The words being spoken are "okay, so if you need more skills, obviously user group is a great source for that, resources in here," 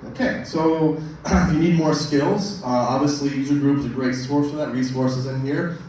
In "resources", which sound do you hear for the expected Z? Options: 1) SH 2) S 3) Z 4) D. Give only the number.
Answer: 3